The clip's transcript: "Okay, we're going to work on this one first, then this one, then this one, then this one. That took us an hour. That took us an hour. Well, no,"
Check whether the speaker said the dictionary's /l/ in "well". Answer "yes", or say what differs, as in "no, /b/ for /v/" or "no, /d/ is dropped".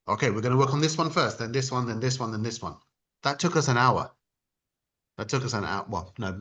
no, /n/ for /l/